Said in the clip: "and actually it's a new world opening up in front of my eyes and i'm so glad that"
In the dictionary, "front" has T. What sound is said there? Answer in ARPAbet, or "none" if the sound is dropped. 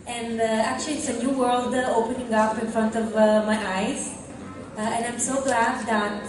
T